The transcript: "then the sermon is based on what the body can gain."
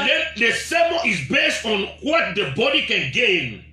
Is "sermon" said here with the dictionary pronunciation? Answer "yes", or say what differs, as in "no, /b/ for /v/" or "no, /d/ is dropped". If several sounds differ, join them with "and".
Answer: no, /n/ is dropped